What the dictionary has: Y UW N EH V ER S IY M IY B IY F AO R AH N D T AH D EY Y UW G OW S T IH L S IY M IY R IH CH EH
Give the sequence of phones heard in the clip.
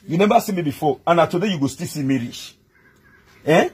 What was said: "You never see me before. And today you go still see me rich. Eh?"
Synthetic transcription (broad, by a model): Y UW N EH B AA S IY M IY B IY F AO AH N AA T AH D EY Y UW G OW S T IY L S IY M IY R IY SH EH